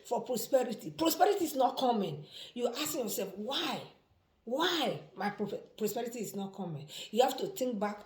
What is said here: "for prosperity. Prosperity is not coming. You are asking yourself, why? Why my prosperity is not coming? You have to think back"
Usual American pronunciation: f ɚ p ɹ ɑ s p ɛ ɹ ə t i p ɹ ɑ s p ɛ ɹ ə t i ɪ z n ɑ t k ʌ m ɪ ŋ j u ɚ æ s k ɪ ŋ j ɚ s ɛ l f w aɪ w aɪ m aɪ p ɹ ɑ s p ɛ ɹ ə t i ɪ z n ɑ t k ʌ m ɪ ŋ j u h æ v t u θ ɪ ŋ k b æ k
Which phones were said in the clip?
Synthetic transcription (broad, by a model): f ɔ p ɹ ɑ s p ɛ ɹ ə t i p ɹ ɑ s p ɛ ɹ ə t i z n ɑ t k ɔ m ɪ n j u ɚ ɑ s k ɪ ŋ j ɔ s ɛ l f w aɪ w aɪ m aɪ p ɹ ɑ s p ɛ ɹ ə t i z n ɑ t k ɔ m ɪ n j u h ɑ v t u t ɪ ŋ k b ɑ k